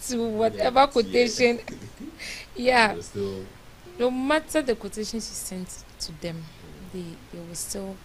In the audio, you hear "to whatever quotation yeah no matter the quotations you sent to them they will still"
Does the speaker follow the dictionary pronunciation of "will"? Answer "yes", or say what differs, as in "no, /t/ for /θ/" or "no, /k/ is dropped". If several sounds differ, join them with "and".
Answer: no, /w/ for /l/